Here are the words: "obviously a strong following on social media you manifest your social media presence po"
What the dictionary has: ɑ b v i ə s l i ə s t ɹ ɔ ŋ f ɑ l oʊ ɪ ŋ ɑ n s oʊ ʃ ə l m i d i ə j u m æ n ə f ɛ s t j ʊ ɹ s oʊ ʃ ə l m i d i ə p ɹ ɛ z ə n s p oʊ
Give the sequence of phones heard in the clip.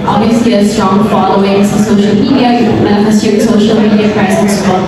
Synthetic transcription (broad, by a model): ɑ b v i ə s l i ə s t ɹ ɔ ŋ f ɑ l oʊ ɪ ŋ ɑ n s oʊ ʃ ə l m i d i ə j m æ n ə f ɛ s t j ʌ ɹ s oʊ ʃ ə l m i d i ə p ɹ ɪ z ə s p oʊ